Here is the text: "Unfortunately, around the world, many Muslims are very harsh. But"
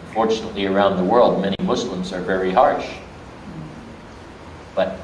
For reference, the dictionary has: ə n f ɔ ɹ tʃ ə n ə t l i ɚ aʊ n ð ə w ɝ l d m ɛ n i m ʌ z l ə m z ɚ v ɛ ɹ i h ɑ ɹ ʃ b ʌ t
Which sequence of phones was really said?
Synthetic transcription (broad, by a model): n f ɔ ɹ tʃ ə n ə t l i ɚ aʊ n ð ə w ɝ l d m ɛ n i m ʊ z l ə m z ɚ v ɛ ɹ i h ɑ ɹ ʃ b ʌ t